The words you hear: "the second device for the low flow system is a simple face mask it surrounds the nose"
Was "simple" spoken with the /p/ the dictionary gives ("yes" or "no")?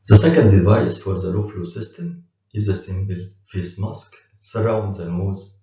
no